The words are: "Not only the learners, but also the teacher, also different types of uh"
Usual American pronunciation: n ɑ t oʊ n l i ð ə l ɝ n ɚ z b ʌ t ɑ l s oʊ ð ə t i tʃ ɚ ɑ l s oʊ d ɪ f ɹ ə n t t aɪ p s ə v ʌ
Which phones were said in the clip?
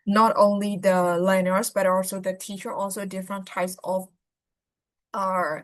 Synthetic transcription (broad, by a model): n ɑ t oʊ n l i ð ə l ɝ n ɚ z b ʌ t ɑ l s oʊ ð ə t i tʃ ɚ ɑ l s oʊ d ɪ f ɹ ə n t t aɪ p s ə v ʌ